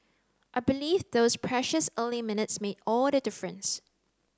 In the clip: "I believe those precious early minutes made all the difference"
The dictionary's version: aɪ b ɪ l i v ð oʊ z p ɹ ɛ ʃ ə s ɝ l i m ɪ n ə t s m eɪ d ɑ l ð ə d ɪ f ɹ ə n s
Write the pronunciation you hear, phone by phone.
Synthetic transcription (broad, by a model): aɪ b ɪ l i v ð oʊ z p ɹ ɛ ʃ ə s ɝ l i m ɪ n ə t s m eɪ d ɑ l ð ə d ɪ f ɹ ə n s